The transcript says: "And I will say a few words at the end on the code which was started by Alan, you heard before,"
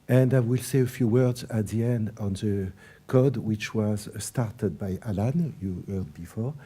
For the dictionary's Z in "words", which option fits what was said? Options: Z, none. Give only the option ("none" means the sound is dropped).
Z